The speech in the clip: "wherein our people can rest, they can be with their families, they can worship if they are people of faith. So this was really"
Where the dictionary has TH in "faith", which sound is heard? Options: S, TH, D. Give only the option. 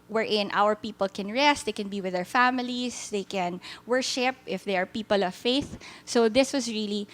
TH